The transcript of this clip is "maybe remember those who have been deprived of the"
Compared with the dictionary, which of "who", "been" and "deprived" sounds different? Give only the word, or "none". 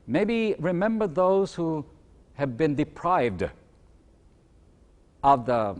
none